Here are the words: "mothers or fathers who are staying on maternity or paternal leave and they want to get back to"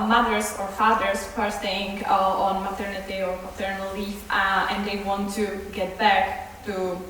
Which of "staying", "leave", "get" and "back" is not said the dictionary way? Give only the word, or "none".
leave